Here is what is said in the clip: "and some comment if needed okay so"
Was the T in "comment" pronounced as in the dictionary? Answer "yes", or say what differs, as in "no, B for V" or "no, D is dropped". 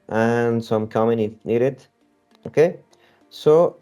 no, T is dropped